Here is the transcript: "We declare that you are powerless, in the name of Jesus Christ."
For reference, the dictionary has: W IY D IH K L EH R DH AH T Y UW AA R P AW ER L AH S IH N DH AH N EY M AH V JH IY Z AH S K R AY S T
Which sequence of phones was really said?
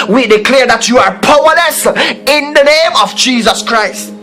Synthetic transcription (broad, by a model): W IY D IH K L EH R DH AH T Y UW AA R P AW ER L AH S IH N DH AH N EY M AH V JH IY Z AH S K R AY S T